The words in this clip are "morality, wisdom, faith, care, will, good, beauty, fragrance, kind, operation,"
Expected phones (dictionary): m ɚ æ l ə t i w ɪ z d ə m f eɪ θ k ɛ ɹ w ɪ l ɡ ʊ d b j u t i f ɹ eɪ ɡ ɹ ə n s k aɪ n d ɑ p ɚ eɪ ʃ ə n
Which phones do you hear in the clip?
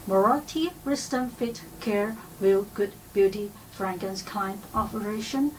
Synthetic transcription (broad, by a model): m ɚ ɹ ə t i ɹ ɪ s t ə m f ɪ t k ɛ ɹ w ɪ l ɡ ʊ d b j u t i f ɹ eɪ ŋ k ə n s k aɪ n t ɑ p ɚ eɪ ʃ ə n